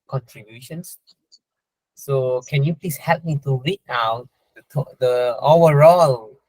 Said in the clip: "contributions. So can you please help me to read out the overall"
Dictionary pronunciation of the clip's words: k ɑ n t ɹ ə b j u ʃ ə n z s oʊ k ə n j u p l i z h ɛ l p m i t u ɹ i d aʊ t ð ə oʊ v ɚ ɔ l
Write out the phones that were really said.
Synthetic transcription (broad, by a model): k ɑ n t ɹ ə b j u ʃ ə n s s oʊ k ə n j u p l i s h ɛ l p m i t u w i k aʊ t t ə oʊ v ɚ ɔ l